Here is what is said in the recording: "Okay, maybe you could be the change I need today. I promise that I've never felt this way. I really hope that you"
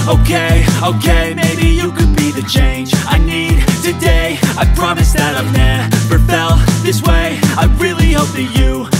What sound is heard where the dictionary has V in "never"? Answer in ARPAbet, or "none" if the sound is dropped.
P